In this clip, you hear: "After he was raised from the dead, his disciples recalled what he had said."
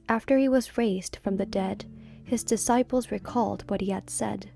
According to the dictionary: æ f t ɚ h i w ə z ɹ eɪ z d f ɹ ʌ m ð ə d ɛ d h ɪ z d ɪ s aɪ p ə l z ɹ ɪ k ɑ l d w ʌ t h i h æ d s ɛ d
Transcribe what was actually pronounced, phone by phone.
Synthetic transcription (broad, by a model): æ f t ɚ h i w ə z ɹ eɪ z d f ɹ ʌ m ð ə d ɛ d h ɪ z d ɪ s aɪ p l z ɹ ɪ k ɑ l d w ʌ t h i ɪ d s ɛ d